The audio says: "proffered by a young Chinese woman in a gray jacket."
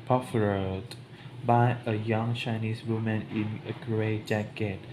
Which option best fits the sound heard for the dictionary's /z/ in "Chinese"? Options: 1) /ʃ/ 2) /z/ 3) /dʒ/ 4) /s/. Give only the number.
4